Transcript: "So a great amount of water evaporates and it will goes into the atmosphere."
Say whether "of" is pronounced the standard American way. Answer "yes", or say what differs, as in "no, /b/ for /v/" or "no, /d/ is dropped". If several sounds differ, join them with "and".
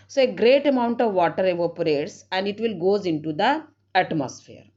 yes